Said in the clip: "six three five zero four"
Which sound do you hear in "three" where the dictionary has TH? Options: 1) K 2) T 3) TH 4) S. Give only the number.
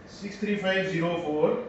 2